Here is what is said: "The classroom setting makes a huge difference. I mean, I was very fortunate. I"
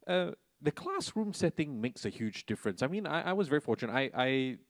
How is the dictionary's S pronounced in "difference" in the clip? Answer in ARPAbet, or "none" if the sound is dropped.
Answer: S